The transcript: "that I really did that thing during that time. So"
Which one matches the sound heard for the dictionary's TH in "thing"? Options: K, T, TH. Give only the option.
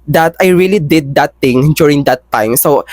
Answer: T